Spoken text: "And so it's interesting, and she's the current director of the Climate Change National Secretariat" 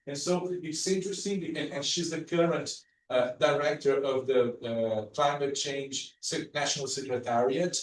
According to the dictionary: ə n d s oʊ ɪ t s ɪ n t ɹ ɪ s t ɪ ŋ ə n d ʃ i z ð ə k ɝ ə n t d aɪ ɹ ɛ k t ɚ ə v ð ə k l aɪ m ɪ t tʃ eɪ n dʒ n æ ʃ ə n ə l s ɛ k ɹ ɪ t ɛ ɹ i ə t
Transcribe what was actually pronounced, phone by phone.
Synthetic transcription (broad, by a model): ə n s oʊ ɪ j s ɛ t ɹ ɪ s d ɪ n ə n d ʃ i z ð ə k ɝ ə n t d aɪ ɹ ɛ k t ɚ ə v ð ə k l aɪ m ɪ t tʃ eɪ n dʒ n æ ʃ ə n ə l s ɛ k ɹ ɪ t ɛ ɹ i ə t